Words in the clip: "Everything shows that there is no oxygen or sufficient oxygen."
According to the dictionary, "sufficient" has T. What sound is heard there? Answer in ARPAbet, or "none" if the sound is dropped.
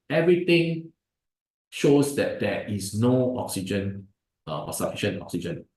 none